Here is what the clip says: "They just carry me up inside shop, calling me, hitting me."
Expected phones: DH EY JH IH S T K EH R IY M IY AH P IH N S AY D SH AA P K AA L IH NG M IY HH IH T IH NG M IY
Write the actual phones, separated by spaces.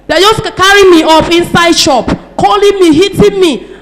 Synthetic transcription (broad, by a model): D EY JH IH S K K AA R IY M IY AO F IH N S AY D SH AA P K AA L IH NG M IY HH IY T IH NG M IY